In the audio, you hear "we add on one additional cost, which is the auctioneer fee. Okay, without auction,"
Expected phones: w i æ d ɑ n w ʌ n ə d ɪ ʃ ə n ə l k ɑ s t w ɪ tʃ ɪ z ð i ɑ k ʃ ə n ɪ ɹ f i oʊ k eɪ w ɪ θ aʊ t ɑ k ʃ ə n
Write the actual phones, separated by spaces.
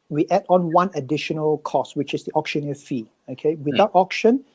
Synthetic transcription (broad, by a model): w i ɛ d ɑ n w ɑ n ə d ɪ ʃ ə n ə l k ɑ s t w ɪ tʃ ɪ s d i ɑ k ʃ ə n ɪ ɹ f i oʊ k eɪ w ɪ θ aʊ t ɑ k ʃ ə n